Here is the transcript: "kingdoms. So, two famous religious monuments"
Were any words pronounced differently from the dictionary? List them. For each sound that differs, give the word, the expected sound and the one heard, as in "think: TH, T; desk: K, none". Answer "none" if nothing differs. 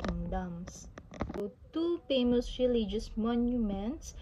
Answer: famous: F, P